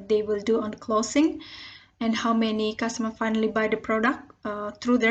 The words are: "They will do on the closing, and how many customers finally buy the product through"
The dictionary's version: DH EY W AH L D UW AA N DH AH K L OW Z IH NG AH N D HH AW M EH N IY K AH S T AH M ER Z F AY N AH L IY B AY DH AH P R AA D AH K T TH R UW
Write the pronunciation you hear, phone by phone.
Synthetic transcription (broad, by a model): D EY W AH L D UW AA N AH K L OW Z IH NG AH N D HH AW M EH N IY K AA S T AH M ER F AY N AH L IY B AY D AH P R AA D AH K T R UW